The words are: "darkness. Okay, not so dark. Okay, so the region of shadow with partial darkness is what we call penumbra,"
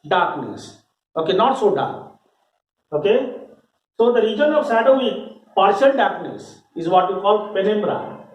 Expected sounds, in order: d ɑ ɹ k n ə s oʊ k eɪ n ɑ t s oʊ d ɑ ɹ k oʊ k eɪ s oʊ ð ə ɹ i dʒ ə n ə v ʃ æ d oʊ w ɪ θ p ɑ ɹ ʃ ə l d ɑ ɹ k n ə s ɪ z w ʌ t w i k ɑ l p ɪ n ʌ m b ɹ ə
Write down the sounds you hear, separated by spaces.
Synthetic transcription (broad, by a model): d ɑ ɹ k n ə s oʊ k eɪ n ɑ t s oʊ d ɑ ɹ k oʊ k eɪ s oʊ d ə ɹ i dʒ ə n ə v s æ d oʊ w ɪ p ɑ ɹ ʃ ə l d ɑ ɹ k n ə s ɪ z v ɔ t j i k ɑ l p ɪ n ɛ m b ɹ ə